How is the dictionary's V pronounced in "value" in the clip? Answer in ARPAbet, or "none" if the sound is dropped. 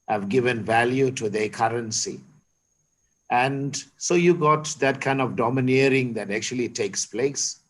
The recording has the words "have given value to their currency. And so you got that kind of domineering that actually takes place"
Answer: V